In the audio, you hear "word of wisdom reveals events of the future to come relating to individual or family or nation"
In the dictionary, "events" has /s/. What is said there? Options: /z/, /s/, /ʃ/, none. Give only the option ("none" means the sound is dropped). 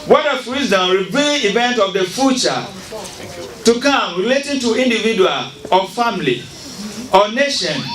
none